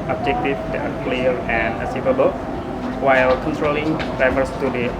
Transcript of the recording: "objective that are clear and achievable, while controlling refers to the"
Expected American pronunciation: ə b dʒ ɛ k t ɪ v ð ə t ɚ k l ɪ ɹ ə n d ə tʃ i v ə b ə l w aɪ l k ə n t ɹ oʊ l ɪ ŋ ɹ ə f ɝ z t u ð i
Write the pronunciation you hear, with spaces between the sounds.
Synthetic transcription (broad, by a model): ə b dʒ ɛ k t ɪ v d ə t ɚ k l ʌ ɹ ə n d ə s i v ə b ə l w aɪ l k ə n t ɹ oʊ l ɪ ŋ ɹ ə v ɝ s t u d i